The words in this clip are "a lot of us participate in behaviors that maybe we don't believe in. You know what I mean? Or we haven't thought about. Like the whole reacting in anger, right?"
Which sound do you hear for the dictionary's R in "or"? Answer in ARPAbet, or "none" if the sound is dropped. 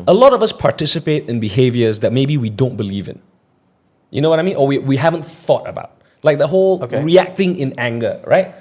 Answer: W